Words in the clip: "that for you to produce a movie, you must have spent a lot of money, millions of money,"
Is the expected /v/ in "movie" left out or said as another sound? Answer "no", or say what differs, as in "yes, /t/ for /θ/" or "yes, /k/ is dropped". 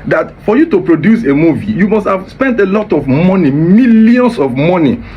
no